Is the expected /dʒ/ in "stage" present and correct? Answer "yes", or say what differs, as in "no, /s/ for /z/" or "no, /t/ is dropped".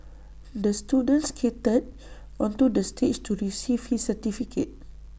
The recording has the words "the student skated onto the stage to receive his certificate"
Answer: no, /tʃ/ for /dʒ/